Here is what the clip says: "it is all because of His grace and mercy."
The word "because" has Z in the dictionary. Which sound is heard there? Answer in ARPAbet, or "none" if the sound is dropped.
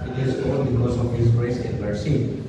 S